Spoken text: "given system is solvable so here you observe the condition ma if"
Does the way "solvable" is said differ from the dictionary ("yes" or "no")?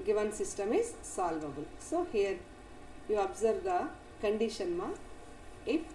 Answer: no